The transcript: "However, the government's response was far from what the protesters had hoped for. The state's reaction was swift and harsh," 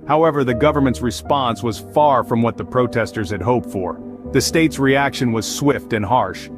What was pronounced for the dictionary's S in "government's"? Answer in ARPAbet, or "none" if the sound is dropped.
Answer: S